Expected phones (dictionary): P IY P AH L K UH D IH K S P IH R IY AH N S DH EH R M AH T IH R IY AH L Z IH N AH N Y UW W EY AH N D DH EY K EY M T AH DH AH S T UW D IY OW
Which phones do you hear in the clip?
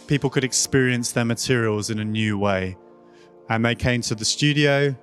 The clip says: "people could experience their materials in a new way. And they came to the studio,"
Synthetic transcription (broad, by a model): P IY P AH L K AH D IH K S P IH R IY AH N S DH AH M AH T IH R IY AH L Z IH N AH N Y UW W EY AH N DH EY K EY M T AH DH AH S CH UW D IY OW